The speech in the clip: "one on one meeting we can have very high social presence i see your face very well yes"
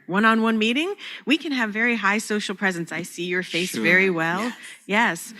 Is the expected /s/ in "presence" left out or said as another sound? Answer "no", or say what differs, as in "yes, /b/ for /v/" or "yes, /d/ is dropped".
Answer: no